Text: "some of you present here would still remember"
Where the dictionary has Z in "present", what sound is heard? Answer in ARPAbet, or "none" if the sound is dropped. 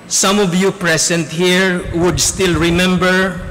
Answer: S